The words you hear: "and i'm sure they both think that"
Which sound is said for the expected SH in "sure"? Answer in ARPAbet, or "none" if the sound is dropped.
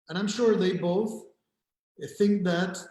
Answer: SH